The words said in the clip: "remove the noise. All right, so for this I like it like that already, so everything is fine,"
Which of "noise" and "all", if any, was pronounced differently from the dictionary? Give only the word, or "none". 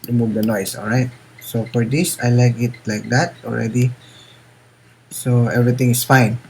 noise